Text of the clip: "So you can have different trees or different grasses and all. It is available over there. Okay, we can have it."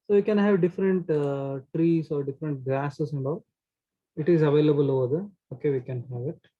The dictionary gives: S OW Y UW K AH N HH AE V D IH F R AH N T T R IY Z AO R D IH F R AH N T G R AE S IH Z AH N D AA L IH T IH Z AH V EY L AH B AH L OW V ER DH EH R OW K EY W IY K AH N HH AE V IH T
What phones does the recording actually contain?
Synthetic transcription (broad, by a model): S OW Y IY K AH N HH AE V D IH F R AH N T T R IY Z AO R D IH F R AH N T G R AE S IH S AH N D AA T IH T IH Z AH V EY L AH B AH L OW ER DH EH OW K EY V IY K AH N HH AE V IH T